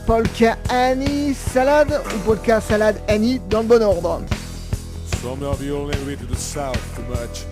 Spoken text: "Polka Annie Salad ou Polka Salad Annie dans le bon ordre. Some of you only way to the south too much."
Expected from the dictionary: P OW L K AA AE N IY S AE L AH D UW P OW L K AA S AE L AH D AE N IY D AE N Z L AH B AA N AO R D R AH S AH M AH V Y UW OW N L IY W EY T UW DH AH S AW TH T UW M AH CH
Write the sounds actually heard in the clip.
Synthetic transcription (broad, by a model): P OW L K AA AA N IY S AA L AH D UW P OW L K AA S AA L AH D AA N IY D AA L AH B AA N AO R D R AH S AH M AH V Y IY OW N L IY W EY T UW DH AH S AW TH T UW M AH CH